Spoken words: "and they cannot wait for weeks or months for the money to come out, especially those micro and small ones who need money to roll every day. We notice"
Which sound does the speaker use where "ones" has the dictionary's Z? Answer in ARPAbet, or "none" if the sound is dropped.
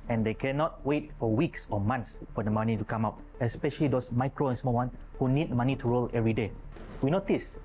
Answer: none